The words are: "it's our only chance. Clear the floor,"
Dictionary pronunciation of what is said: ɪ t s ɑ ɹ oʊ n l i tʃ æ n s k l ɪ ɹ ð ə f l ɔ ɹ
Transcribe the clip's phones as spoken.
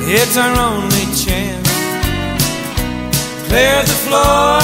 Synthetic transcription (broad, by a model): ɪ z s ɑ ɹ oʊ n l i tʃ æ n k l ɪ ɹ ð ə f l ɔ